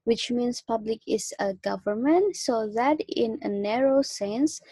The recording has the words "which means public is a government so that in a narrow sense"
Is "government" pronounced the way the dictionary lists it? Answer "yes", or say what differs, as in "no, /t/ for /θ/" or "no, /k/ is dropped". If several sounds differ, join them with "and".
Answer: yes